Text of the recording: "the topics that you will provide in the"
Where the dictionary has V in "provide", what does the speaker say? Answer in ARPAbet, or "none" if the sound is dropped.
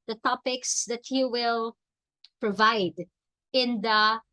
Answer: V